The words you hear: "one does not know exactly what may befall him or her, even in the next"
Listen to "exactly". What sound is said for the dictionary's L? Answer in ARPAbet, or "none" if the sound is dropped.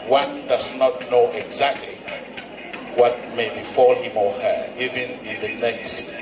L